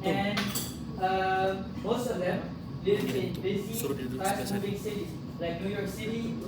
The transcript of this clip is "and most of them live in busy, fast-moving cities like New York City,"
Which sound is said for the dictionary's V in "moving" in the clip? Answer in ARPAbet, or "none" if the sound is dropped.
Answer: B